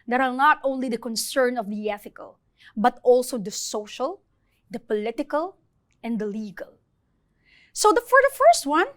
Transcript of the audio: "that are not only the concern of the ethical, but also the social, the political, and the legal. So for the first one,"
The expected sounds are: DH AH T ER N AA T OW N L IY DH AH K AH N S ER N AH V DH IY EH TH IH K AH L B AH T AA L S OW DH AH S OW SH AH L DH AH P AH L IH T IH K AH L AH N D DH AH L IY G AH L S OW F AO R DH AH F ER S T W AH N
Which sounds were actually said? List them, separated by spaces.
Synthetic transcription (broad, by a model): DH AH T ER N AA T OW N L IY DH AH K AH N S ER N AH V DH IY EH TH IH K AH L B AH T AA L S OW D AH S OW SH AH L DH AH P AH L IH T IH K AH L AH N D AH L IY G AH L S OW F AO R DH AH F ER S T W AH N